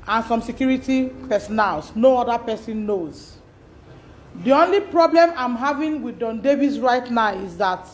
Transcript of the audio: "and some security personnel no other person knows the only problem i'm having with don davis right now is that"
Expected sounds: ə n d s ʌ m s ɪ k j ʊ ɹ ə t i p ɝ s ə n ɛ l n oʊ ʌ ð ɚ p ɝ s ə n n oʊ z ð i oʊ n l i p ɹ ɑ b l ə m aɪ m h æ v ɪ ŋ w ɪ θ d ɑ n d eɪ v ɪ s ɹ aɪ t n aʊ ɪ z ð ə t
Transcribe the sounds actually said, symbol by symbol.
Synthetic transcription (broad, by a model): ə n s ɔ m s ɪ k j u ɹ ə t i p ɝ s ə n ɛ l n oʊ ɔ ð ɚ p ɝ s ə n n oʊ z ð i oʊ n l i p ɹ ɑ b l ə m aɪ m h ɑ v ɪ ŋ w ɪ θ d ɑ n d eɪ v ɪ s ɹ aɪ t n aʊ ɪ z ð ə t